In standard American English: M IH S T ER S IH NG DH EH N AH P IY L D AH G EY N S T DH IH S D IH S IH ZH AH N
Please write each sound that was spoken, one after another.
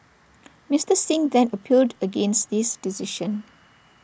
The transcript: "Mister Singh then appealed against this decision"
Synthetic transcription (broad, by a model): M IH S T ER S IH NG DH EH N AH P IY L D AH G EY N S T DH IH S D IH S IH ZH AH N